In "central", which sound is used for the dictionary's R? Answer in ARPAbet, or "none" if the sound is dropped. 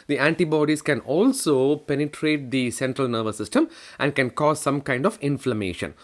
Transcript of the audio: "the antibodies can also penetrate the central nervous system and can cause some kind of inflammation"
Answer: R